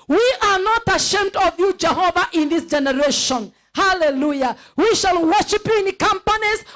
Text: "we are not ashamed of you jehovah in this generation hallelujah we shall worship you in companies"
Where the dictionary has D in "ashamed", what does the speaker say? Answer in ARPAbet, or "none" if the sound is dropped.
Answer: D